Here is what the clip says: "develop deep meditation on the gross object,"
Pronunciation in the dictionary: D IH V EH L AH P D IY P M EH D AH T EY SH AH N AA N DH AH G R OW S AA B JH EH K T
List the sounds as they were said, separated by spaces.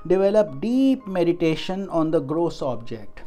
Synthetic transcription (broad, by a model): D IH V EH L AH P D IY P M EH D AH T EY SH AH N AA N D AH G R OW S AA B JH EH K T